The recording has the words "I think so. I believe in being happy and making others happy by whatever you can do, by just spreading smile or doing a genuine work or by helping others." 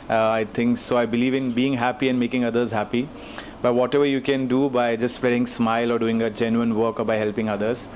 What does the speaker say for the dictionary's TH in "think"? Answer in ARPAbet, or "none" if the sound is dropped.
T